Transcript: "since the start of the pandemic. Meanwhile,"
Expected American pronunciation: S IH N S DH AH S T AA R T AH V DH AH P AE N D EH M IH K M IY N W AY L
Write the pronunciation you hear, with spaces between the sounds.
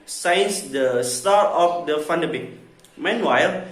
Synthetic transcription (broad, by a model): S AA N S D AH S T AA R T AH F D AH F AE N D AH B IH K M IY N W AY L